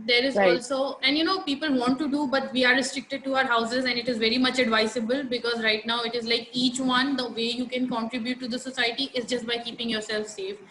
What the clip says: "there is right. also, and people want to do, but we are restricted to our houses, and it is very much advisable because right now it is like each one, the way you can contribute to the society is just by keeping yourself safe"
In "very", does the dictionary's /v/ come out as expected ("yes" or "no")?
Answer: yes